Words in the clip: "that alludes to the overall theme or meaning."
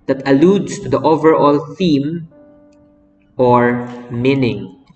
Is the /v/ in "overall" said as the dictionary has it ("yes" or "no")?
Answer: yes